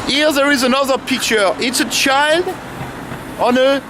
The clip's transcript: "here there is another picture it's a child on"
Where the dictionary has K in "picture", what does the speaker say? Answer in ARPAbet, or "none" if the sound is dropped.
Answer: K